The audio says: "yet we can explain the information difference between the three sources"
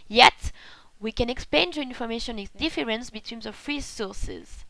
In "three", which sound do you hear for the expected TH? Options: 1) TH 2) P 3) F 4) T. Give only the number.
3